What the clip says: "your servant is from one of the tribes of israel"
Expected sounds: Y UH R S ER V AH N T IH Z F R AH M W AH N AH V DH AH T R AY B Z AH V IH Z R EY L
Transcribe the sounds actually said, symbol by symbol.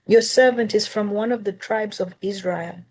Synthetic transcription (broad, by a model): Y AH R S ER V AH N T IH Z F R AH M W AH N AH V DH AH T R AY B Z AH V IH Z R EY L